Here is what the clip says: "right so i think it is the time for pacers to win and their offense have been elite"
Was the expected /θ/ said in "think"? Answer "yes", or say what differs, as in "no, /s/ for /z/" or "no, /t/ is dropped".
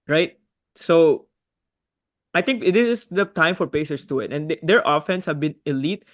no, /t/ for /θ/